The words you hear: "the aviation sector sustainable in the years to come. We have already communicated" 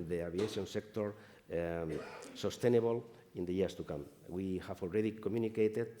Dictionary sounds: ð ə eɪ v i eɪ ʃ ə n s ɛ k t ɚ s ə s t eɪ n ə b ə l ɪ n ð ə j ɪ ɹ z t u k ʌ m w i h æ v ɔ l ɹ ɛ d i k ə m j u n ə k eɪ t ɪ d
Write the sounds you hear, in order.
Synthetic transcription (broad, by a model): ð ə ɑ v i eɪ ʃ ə n s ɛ k t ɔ s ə s t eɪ n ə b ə l ɪ n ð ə j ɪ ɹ s t u k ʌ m w i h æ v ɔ l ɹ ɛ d i k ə m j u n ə k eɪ t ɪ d